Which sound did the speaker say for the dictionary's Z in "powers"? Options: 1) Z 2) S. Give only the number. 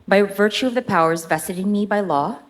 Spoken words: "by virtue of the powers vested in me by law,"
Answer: 1